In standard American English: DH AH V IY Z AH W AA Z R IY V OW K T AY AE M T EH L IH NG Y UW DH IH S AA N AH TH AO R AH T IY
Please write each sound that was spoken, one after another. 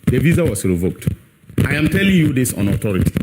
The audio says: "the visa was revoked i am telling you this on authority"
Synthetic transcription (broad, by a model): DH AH V IY Z AH W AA S R IY V OW K T AY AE M T EH L IH NG Y UW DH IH S AA N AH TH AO R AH T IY